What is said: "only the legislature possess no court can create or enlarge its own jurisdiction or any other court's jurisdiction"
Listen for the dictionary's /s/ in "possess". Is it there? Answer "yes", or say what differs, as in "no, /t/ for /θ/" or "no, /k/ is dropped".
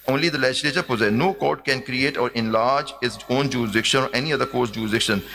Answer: no, /s/ is dropped